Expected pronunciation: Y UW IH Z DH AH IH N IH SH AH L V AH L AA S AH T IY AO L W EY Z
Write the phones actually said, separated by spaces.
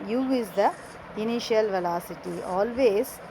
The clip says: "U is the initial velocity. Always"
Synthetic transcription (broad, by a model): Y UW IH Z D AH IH N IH SH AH L V AH L AA S AH T IY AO L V EY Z